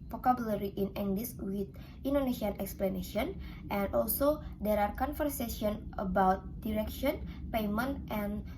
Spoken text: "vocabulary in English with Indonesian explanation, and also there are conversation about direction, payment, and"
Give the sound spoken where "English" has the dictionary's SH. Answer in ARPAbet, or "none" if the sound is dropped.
S